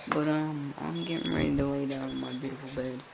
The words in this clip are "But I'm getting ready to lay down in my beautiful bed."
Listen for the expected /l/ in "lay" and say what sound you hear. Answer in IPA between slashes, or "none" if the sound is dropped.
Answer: /w/